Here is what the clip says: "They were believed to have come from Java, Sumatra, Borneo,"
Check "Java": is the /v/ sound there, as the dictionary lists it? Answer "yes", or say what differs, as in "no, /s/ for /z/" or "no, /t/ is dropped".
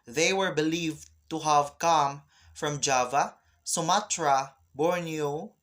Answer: yes